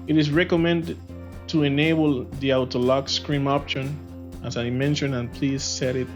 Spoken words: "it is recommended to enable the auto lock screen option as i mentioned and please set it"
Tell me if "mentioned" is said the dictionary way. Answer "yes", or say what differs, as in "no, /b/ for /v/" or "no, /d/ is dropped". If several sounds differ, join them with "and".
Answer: no, /d/ is dropped